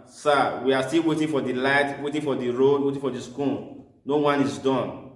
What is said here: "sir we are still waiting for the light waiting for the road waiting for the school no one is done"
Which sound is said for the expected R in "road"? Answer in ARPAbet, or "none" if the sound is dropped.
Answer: R